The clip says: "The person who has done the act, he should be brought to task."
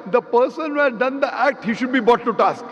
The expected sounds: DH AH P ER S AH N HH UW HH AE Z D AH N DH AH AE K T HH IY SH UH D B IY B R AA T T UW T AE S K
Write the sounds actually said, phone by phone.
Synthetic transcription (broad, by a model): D AH P ER S AH N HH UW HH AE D D AH N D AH AE K T HH IY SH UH D B IY B AA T T UW T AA S K